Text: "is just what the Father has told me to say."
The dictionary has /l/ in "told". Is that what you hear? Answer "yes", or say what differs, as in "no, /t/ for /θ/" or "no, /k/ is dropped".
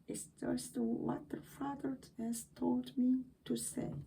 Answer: yes